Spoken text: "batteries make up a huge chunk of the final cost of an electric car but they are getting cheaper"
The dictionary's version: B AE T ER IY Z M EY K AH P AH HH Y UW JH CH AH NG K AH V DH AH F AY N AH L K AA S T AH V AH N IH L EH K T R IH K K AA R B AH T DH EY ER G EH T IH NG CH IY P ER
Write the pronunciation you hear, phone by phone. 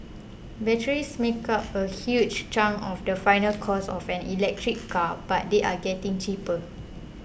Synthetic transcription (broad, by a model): B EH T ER IY S M EY K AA P AH HH Y UW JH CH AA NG AH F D AH F AY N AH L K AA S AH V AH N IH L EH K T R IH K K AA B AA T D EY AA G EH T IH NG CH IY P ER